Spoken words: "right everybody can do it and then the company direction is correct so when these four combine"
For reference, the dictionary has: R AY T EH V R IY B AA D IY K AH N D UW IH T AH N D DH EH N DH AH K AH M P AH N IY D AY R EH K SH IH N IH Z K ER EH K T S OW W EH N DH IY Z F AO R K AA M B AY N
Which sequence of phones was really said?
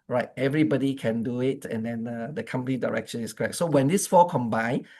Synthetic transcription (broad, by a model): R AY T EH V R IY B AA D IY K AH N D UW IH T AH N D EH N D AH K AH M P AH N IY D AY R EH K SH IH N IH S K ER EH K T S OW W EH N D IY S F AO K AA M B AY N